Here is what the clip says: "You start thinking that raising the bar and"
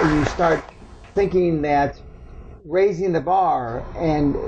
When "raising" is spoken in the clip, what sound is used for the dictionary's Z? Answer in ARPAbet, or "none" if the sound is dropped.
Z